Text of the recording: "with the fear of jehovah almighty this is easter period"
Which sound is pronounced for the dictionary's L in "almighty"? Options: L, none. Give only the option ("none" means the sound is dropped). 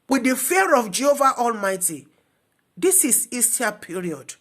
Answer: L